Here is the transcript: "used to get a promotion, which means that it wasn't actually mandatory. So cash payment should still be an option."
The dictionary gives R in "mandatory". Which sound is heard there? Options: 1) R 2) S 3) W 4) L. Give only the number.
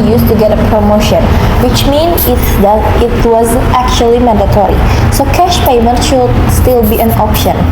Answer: 1